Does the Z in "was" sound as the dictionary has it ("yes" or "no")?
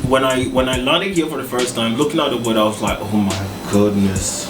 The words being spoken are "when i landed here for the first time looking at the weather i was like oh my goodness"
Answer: yes